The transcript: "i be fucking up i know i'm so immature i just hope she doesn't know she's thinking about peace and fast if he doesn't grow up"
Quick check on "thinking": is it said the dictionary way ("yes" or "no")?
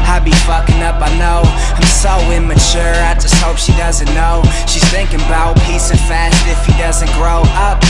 yes